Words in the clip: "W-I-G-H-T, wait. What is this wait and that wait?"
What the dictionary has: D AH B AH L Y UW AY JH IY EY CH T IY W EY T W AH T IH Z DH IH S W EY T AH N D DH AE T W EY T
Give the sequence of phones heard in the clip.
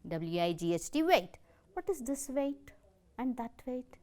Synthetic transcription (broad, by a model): D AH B L Y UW AY JH IY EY S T IY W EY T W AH T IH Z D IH S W EY T AH N D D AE T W EY T